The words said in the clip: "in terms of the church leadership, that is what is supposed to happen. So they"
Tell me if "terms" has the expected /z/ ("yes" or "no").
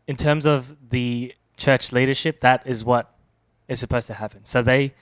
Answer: yes